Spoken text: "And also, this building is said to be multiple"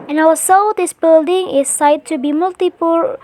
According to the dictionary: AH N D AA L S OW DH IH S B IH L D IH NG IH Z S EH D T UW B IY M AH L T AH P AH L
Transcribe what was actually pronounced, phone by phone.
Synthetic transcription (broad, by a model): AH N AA W S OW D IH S B IH L D IH NG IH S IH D T UW B IY M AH L T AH P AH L